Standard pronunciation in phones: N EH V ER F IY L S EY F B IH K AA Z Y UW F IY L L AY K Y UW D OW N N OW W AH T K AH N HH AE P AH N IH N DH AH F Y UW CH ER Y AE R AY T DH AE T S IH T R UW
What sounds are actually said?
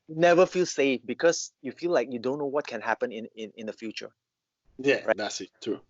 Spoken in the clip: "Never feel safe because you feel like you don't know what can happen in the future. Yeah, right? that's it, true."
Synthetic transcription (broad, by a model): N EH V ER F IY L S EY F B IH K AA S Y UW F IY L L AY K Y UW D OW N N OW W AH T K AH N HH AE P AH N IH N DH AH F Y UW CH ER Y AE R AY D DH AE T S IH T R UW